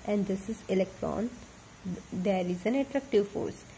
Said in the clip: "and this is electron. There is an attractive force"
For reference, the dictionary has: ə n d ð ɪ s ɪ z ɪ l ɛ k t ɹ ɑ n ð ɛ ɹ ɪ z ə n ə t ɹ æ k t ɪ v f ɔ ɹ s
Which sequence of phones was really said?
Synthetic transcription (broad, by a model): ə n d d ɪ s ɪ z ɪ l ɛ k t ɹ ɑ n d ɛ ɹ ɪ z ə n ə t ɹ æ k t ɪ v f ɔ ɹ s